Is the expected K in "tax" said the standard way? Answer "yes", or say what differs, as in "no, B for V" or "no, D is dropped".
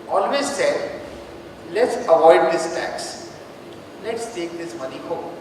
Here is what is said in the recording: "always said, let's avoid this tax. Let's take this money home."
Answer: yes